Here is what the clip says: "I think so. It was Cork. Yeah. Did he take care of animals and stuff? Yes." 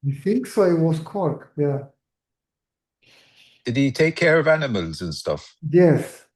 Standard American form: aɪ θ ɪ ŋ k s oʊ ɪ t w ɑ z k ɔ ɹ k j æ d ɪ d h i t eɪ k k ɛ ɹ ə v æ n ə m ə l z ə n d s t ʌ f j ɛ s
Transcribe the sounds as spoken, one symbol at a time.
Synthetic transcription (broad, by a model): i θ ɪ ŋ k s oʊ ɪ t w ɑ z k ɔ ɹ k j æ d ɪ d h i t eɪ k k ɛ ɹ ə v æ n ə m ə l z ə n s t ʌ f j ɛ s